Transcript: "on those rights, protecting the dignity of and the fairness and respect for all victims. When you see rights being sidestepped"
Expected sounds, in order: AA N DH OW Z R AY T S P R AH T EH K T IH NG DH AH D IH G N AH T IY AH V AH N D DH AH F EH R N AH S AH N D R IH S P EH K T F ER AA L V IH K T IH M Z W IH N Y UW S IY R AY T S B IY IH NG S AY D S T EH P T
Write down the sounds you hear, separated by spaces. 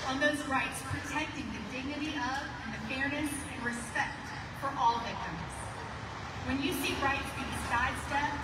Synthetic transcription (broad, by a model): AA N DH OW Z R AY T S P R AH T EH K T IH NG DH AH D IH G N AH T IY AH V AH N DH AH F EH R N AH S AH N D R IH S P EH K T F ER AA L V IH K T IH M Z W IH N Y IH S IY R AY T B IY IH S AY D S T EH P